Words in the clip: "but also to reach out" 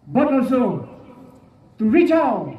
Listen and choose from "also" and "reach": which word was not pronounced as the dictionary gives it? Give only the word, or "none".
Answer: none